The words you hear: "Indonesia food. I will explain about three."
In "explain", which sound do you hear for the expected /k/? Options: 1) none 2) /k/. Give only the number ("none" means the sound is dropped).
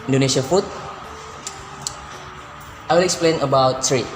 2